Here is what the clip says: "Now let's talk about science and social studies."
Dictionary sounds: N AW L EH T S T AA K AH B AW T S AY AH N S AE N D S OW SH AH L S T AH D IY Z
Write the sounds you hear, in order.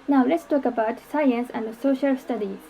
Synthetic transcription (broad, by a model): N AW L EH T S T AA K AH B AW T S AY AH N S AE N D S OW SH AH L S T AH D IY